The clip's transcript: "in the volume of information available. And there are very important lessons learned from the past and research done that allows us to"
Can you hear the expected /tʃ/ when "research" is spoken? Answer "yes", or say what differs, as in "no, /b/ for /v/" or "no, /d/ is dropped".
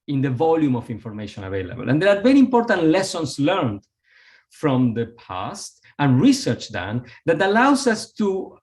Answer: yes